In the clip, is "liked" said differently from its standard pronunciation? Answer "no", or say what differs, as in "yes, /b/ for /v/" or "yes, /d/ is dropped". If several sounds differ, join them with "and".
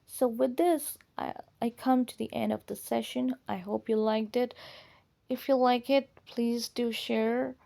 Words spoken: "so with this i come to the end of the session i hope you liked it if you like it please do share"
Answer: no